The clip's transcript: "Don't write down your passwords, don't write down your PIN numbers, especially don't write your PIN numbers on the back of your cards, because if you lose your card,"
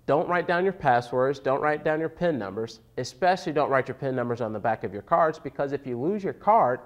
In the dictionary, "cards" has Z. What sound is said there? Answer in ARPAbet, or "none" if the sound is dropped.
Z